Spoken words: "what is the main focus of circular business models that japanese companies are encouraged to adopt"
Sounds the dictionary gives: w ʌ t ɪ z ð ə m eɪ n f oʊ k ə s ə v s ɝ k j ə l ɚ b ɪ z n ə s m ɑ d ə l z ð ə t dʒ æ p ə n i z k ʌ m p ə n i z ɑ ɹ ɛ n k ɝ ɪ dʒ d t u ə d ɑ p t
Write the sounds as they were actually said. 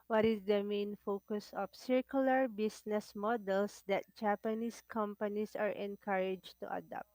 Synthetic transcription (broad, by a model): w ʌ t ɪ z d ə m eɪ n f oʊ k ə s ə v s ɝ k j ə l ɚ b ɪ s n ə s m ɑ d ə l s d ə t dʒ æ p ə n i s k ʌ m p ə n i s ɑ ɹ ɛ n k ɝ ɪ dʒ t u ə d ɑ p t